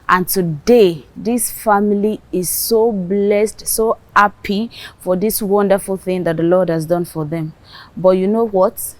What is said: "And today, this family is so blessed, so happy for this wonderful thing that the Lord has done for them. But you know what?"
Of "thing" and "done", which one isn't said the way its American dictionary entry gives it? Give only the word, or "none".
none